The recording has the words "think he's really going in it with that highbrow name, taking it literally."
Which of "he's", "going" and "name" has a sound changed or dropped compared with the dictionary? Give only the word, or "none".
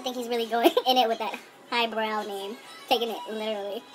none